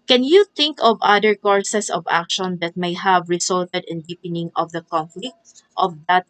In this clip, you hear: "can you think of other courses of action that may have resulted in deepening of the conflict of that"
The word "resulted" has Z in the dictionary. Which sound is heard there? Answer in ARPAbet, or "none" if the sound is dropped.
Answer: S